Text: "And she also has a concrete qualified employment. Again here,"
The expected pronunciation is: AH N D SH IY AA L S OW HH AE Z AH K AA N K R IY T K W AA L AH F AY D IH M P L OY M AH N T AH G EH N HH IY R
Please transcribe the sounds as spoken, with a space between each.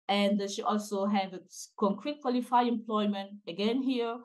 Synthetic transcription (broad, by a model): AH N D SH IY AA L S OW HH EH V AH K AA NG K R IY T K W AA L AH F AY IH M P L OY M AH N T AH G EH N HH IY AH